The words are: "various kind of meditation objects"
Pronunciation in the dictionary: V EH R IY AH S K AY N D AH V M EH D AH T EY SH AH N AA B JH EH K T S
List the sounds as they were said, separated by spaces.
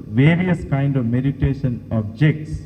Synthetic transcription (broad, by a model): V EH R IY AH S K AY N D AH V M EH D AH T EY SH AH N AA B JH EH K T S